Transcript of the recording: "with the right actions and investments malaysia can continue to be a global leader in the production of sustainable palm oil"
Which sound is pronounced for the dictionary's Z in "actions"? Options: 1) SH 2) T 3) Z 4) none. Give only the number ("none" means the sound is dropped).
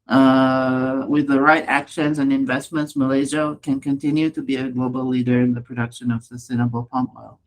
3